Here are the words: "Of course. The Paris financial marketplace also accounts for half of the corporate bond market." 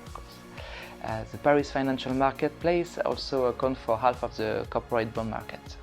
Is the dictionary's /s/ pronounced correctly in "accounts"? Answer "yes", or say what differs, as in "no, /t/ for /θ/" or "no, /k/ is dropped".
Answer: no, /s/ is dropped